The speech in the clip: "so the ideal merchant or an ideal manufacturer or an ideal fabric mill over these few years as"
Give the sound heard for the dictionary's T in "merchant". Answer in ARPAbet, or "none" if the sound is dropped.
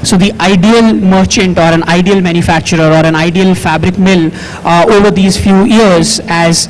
T